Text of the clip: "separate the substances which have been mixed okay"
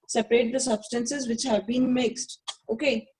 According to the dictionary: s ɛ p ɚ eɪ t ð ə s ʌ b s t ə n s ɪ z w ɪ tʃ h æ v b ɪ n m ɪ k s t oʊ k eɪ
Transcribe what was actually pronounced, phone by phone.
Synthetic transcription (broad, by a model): s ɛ p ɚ eɪ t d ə s ʌ b s t ə n s ɪ z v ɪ tʃ h æ v b ɪ n m ɪ k s t oʊ k eɪ